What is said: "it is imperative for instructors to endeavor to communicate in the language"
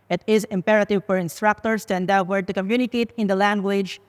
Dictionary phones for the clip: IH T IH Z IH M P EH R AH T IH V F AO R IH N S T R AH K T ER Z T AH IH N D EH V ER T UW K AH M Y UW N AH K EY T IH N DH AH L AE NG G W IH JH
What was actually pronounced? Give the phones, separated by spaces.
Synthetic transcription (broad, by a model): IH T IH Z IH M P EH R AH T IH V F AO R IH N S T R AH K T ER S T AH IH N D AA W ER T UW K AH M Y UW N AH K EY T IH N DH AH L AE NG G W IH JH